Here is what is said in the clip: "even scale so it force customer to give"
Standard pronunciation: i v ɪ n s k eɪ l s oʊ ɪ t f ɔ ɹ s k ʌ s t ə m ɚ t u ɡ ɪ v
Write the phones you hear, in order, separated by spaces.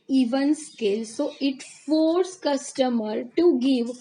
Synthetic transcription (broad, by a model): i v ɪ n s k eɪ l s oʊ ɪ t f ɔ ɹ s k ʌ s t ə m ɚ t u ɡ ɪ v